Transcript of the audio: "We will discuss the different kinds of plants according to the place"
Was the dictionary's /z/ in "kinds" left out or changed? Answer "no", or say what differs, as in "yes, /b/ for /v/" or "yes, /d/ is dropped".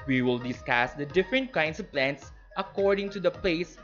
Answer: yes, /s/ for /z/